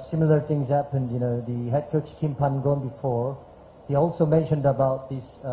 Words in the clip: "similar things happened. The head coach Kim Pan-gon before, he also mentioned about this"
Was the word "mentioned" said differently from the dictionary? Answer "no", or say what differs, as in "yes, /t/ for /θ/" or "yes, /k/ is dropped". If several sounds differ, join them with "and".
no